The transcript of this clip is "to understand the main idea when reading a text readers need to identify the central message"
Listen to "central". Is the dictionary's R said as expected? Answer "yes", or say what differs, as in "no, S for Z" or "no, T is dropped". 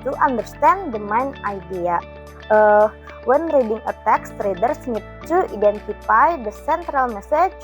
yes